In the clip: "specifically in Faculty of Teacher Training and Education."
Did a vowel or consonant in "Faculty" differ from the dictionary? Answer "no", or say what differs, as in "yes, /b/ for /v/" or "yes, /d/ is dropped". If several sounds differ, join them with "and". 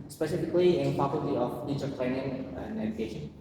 yes, /p/ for /f/